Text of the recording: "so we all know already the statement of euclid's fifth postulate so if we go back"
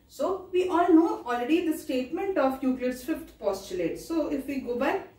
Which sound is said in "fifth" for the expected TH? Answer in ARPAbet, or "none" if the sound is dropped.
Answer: T